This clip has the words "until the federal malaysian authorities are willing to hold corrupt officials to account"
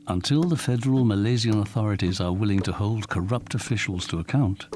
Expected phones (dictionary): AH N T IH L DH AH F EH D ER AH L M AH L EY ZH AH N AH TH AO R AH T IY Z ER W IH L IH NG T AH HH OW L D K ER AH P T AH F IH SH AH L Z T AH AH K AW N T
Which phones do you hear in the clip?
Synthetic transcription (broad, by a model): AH N T IH L DH AH F EH D ER AH L M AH L EY Z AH N AH TH AO R AH T IY Z ER W IH L IH NG T AH HH OW L D K ER AH P T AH F IH SH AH L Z T AH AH K AW N T